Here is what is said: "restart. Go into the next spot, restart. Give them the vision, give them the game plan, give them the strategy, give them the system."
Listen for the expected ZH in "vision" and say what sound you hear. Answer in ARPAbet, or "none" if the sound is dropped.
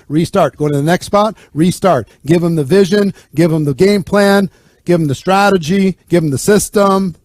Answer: ZH